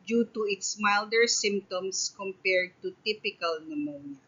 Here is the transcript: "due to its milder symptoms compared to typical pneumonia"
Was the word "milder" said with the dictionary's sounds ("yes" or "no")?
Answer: yes